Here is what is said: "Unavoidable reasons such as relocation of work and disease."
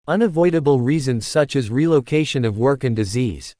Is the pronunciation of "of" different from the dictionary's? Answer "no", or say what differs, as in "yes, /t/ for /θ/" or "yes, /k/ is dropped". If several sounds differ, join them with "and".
no